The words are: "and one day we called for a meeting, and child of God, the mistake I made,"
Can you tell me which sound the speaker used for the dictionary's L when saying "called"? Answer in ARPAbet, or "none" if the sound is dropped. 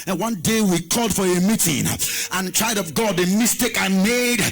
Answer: L